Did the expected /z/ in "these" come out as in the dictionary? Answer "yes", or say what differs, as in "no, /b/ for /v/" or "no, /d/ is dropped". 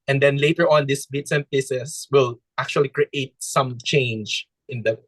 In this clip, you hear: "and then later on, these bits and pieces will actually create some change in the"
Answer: no, /s/ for /z/